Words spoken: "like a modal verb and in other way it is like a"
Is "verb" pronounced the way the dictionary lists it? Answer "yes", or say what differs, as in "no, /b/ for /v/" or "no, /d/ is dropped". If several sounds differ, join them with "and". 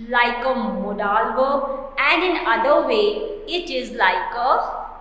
no, /b/ is dropped